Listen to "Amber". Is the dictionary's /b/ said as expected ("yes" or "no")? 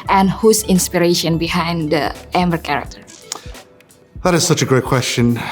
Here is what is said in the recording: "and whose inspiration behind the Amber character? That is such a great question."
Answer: no